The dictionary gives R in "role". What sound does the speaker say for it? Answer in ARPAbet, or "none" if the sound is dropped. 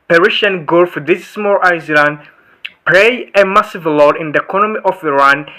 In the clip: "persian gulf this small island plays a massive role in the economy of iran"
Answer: L